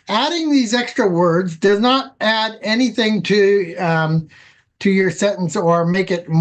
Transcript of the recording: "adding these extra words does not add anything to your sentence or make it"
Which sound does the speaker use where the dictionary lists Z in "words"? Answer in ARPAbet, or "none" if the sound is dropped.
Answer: Z